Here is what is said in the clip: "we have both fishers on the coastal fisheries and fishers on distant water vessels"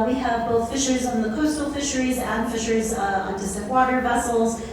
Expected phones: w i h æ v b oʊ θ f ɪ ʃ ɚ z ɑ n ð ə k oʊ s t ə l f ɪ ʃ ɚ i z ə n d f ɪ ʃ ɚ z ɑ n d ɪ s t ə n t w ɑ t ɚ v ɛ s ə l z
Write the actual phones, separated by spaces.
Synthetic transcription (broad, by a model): w i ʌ v b oʊ θ f ɪ ʃ ɚ z n ð ə k oʊ s t l f ɪ ʃ ɚ i z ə n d f ɪ ʃ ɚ z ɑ n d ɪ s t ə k w ɑ t ɚ v ɛ s l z